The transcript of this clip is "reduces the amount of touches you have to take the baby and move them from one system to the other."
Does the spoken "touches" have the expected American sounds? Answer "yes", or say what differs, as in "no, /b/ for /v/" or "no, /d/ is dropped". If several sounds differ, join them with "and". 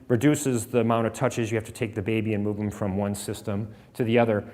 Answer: yes